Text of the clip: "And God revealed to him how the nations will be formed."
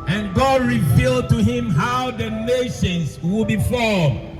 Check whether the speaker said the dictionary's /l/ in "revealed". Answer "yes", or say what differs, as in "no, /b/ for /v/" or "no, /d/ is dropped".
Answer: yes